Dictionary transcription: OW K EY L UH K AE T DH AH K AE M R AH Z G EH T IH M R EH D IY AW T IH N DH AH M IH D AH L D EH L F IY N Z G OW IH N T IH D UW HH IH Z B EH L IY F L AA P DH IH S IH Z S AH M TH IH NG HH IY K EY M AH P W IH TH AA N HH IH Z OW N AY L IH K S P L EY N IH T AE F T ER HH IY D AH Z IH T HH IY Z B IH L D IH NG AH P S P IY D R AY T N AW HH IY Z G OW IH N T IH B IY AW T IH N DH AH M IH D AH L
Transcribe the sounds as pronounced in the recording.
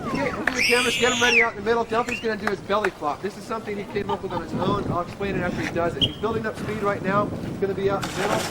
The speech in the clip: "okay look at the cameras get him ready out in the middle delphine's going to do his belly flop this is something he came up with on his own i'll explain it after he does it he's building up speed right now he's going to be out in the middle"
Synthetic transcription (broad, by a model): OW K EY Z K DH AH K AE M AH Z G EH T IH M R EH D IY AW T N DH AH M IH D L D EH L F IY Z G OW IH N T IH D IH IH Z B EH L IY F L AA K DH IH S IH Z S AH M TH IH NG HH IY K EY M AH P W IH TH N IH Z OW N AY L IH K S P L EY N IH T AE F T ER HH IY D AH Z IH T HH IY Z B IH L D IH NG AH P S P IY D R AY T N AW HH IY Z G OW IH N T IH B IY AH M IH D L